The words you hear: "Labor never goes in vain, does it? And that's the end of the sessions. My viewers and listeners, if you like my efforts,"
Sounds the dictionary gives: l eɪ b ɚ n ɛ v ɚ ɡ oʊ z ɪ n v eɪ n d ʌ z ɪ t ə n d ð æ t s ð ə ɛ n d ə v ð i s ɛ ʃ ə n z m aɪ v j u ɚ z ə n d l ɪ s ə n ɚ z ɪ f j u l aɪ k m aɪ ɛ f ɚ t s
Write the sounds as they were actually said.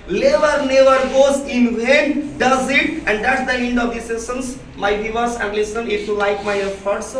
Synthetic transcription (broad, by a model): l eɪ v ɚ n ɛ v ɚ ɡ oʊ z ɪ n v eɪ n d ʌ z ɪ t ə n d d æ t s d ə ɛ n d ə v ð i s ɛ s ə n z m aɪ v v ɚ s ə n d l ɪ s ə n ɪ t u l aɪ k m aɪ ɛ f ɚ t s